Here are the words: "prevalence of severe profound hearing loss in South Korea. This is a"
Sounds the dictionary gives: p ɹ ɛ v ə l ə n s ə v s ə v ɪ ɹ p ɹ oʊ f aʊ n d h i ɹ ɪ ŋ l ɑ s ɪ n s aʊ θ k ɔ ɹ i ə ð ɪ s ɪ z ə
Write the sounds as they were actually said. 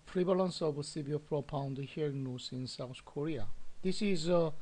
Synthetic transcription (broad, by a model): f ɹ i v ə l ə n s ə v s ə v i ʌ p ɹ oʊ p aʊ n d h i ɹ ɪ ŋ n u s ɪ n s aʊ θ k ɔ ɹ i ə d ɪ s ɪ z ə